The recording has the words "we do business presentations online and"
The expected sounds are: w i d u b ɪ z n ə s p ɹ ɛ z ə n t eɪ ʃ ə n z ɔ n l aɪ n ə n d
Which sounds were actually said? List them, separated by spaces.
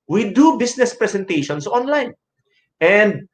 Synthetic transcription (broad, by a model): w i d u b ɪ s n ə s p ɹ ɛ s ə n t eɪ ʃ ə n s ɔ n l aɪ n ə n d